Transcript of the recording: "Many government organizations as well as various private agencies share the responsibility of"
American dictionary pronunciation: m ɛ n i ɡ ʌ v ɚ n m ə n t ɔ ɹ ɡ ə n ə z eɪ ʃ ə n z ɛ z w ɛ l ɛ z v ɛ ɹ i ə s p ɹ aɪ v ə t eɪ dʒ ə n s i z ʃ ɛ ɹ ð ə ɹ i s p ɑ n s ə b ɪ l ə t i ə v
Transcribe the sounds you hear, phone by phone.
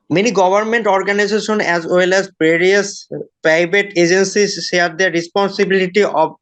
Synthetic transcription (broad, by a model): m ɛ n i ɡ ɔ b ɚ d m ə n t ɔ ɹ ɡ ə n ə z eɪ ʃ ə n ɛ z w ɛ l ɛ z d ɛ ɹ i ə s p aɪ b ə t eɪ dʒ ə n s i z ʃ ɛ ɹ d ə ɹ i s p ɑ n s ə b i l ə t i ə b